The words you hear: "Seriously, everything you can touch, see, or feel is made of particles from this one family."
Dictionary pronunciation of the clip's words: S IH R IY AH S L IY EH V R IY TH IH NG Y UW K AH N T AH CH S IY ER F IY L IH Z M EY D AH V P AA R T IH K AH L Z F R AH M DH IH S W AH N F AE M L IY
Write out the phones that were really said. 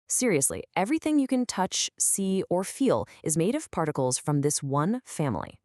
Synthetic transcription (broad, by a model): S IH R IY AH S L IY EH V R IY TH IH NG Y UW K AH N T AH CH S IY ER F IY L IH Z M EY D AH V P AA R T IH K L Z F R AH M DH IH S W AH N F AE M L IY